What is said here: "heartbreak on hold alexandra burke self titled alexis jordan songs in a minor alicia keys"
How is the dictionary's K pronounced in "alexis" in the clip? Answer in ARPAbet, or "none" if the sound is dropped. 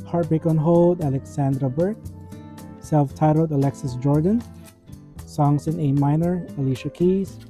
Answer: K